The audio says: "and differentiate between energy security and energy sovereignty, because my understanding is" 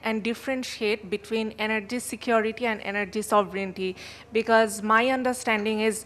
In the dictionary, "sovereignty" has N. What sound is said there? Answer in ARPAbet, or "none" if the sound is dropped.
N